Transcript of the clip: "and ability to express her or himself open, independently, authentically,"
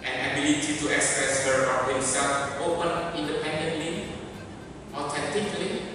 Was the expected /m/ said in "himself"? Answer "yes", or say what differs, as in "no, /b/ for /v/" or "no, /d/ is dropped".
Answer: no, /m/ is dropped